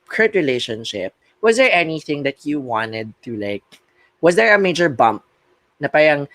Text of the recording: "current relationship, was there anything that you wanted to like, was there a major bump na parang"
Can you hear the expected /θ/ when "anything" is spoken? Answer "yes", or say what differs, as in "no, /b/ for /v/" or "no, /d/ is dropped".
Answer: yes